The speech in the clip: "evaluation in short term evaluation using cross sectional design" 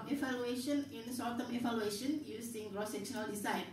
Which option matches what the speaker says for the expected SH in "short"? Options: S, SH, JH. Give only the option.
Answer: S